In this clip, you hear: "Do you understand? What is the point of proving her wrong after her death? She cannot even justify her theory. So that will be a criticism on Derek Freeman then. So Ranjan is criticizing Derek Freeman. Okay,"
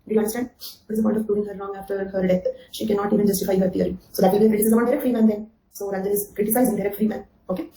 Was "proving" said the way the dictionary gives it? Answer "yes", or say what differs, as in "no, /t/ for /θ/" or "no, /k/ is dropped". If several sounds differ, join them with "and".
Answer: no, /v/ is dropped